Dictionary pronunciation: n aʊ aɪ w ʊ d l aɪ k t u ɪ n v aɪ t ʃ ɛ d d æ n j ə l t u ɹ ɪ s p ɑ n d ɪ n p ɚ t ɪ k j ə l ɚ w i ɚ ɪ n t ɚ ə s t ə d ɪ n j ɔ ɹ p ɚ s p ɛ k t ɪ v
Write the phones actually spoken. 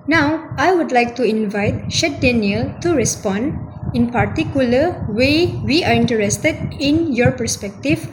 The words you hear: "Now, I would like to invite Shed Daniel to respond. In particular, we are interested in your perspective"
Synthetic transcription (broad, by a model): n aʊ aɪ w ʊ d l aɪ k t u ɪ n v aɪ t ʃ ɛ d d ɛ n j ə l t u ɹ ɪ s p ɑ n d ɪ n p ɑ t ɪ k j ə l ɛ w i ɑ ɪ n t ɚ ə s t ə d ɪ n j ɔ ɹ p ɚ s p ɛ k t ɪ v